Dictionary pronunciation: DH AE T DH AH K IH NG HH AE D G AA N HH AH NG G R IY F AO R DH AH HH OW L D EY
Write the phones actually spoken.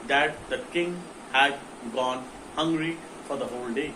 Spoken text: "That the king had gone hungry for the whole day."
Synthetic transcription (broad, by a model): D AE T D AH K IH NG HH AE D G AA N HH AH NG G R IY F AO R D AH HH OW L D EY